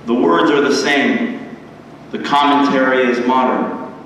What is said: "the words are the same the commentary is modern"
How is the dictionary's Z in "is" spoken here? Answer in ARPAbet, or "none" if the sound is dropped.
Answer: Z